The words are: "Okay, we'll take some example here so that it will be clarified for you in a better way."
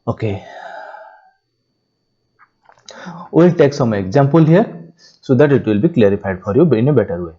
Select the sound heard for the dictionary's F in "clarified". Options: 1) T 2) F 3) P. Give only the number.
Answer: 3